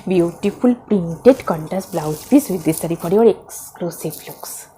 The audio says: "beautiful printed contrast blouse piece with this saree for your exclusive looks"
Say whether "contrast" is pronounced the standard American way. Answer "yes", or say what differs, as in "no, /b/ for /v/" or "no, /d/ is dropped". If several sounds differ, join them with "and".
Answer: no, /ɹ/ is dropped